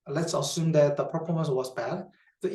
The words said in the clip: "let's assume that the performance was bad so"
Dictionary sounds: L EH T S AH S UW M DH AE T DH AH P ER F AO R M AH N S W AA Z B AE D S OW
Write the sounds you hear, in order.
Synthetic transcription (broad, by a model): L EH T S AH S UW M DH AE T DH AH P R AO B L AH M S W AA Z B AE D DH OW